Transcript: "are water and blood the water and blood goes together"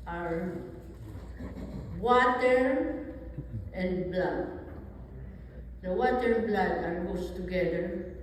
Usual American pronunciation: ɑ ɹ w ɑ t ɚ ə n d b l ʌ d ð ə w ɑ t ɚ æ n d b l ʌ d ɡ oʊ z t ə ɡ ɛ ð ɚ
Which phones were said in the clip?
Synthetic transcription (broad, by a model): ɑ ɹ w ɑ t ɚ ə n d b l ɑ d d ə w ɑ t ɚ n b l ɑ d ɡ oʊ s t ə ɡ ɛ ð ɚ